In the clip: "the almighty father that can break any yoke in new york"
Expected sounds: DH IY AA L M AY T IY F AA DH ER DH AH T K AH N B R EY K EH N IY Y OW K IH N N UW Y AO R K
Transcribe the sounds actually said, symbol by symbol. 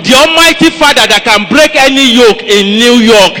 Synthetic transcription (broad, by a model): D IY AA M AY T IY F AA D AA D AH T K AH N B R EY K EH N IY Y OW K IH N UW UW Y AO K